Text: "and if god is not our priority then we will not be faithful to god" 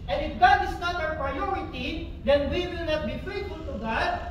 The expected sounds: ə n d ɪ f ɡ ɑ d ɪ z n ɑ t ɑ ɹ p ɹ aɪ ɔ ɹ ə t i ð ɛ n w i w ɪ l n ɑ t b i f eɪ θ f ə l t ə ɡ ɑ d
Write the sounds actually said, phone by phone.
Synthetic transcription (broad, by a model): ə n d ɪ f ɡ ɑ d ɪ s n ɑ t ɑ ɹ p ɹ aɪ ɔ ɹ ə t i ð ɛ n w i w ɪ l n ɑ t b i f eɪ t f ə l t ə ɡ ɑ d